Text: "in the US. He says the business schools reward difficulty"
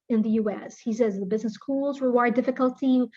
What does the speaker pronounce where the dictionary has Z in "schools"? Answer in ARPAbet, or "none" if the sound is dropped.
Z